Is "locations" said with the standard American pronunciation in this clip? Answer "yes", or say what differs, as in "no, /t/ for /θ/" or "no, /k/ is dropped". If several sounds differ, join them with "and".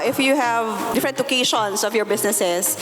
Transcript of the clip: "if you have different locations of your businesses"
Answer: no, /s/ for /z/